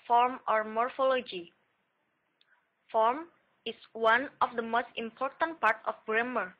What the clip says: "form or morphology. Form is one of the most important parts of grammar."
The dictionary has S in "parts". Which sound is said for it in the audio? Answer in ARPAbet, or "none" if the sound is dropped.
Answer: none